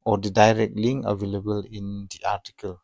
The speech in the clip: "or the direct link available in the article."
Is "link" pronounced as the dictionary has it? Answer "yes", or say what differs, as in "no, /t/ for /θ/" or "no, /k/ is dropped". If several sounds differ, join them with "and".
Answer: no, /k/ is dropped